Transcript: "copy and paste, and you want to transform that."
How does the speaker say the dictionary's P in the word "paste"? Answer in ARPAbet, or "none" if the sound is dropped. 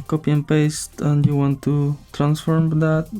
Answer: P